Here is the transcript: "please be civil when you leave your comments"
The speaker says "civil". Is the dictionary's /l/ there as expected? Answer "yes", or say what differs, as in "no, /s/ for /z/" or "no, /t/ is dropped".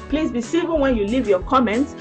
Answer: no, /n/ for /l/